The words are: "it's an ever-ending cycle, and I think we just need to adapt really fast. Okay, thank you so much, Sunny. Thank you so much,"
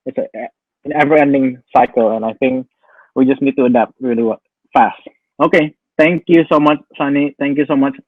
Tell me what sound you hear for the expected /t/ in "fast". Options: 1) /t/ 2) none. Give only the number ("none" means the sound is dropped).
1